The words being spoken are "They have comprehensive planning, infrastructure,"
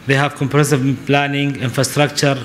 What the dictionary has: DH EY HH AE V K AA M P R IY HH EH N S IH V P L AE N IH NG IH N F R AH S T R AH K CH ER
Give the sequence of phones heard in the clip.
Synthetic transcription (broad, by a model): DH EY HH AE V K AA M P IY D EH S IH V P L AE N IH NG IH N F R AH S T R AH K CH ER